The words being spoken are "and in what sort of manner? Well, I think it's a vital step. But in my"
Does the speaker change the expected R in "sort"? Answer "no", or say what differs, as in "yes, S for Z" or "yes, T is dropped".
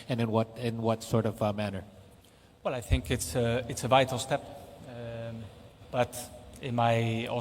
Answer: no